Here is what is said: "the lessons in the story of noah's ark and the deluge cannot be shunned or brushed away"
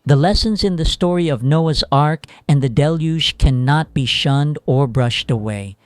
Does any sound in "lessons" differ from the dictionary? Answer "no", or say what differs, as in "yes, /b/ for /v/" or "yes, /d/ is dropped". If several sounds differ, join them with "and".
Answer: no